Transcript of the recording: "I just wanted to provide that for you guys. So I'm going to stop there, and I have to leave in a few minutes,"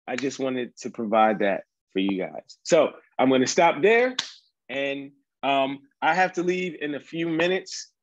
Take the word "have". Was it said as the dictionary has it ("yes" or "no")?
no